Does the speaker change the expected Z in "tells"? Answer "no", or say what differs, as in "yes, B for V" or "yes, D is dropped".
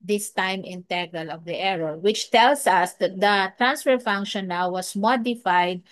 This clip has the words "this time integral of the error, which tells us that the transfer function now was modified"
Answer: yes, S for Z